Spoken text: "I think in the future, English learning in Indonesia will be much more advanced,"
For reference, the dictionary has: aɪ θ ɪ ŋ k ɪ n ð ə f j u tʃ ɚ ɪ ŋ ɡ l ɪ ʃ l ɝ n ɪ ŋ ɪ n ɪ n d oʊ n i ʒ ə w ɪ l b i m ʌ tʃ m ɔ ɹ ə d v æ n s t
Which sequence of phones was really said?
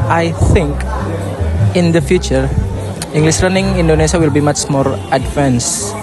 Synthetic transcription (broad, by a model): aɪ θ ɪ ŋ k ɪ n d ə f j u tʃ ɚ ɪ ŋ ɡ l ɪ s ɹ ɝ n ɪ ŋ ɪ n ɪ n d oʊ n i s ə w ɪ l b i m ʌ tʃ m ɔ ɹ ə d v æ n s